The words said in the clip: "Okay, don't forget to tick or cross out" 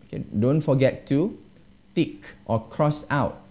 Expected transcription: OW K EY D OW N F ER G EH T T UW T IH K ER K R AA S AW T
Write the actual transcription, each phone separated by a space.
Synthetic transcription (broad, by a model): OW K EY D OW N F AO G EH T T UW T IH K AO K R AA S AW T